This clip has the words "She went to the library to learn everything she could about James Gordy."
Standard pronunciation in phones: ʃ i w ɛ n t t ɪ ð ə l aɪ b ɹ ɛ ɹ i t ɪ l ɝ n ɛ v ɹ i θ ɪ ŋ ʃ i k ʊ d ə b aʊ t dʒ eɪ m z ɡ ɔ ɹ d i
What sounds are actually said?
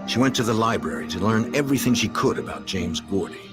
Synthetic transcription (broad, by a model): ʃ i w ɛ n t t ɪ ð ə l aɪ b ɹ ɛ ɹ i t ɪ l ɝ n ɛ v ɹ i θ ɪ ŋ ʃ i k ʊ d ə b aʊ t dʒ eɪ m z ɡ ɔ ɹ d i